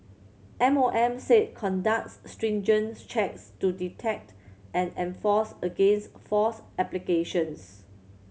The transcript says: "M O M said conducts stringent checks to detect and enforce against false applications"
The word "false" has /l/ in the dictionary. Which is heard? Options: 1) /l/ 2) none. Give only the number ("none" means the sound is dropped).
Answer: 2